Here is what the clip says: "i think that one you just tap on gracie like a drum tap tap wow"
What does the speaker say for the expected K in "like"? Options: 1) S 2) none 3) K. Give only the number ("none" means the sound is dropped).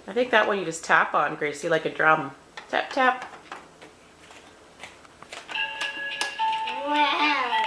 3